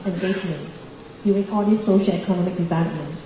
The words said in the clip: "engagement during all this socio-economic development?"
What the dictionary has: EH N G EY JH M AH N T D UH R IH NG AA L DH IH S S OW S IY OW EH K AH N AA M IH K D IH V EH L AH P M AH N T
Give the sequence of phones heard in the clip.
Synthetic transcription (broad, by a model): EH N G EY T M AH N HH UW IH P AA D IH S S OW SH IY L EH K AH N AA M IH K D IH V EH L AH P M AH N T